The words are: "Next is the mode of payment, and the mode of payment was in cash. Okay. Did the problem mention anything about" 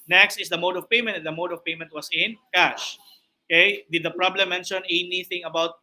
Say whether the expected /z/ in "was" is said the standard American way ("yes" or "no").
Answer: no